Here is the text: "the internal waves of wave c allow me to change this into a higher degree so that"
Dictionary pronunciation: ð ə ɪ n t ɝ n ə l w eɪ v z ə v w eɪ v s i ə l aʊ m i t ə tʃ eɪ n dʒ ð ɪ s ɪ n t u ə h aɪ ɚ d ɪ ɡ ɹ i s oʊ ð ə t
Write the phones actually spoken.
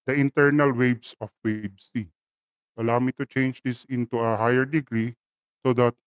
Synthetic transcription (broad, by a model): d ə ɪ n t ɝ n ə l w eɪ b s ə f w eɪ b s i ə l aʊ m i t ə tʃ eɪ n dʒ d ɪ s ɪ n t u ə h aɪ ɚ d ɪ ɡ ɹ i s oʊ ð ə t